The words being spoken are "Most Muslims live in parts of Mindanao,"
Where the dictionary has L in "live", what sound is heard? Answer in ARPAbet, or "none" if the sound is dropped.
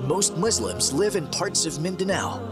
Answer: L